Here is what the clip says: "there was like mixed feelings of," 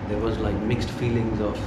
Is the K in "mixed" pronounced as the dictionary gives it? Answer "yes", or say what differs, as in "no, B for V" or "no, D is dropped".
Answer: yes